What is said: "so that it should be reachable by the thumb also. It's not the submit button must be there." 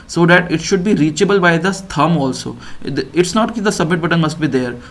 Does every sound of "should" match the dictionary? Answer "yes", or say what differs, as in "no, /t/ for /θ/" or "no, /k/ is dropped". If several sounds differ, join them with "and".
yes